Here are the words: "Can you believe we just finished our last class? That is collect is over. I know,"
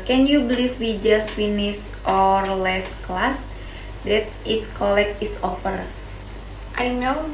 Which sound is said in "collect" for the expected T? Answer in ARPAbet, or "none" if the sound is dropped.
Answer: none